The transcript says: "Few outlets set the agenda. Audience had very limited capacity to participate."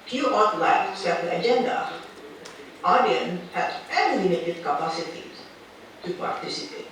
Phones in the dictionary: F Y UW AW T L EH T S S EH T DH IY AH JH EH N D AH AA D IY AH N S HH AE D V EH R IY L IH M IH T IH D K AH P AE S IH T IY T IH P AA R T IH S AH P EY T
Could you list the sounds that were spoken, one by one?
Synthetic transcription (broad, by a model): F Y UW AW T L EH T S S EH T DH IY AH JH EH N D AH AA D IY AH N HH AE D F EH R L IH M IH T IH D K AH P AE S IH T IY T IH P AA R T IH S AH P EY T